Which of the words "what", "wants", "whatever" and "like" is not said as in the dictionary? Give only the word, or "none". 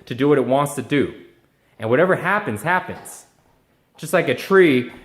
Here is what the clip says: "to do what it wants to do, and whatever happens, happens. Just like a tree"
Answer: none